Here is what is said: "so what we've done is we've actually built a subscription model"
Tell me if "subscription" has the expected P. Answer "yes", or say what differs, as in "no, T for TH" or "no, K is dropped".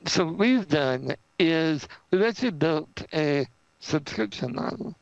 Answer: yes